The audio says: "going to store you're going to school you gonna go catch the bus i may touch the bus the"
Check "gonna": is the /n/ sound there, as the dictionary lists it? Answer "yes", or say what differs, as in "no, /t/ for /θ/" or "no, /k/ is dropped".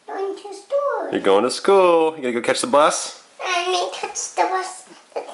no, /n/ is dropped